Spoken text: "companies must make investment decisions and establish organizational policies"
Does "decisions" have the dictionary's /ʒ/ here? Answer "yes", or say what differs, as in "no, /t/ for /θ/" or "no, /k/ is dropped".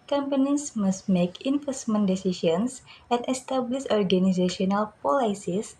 no, /ʃ/ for /ʒ/